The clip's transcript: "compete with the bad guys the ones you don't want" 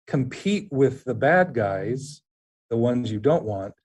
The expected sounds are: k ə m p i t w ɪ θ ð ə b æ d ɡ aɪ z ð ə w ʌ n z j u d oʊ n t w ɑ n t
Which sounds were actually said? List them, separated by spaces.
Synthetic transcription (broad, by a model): k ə m p i t w ɪ ð ə b æ d ɡ aɪ z ð ə w ʌ n z j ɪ d oʊ n t w ɑ n t